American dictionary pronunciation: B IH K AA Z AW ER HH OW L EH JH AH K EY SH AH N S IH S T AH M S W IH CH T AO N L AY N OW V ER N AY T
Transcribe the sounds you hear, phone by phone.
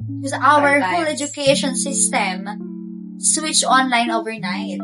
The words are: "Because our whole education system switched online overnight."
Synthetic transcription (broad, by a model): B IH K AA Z AW ER HH OW L EH JH AH K EY SH AH N S IH S T AH M S W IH CH AO N L AY N OW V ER N AY T